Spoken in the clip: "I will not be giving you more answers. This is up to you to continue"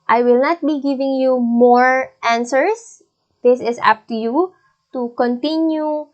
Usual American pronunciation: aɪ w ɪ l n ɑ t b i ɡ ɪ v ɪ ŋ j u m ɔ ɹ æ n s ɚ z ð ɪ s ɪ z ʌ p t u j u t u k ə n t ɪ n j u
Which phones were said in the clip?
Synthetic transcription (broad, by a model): aɪ w ɪ l n ɑ t b i ɡ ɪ v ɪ ŋ j u m ɔ ɹ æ n s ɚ s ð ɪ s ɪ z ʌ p t u j u t u k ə n t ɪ n j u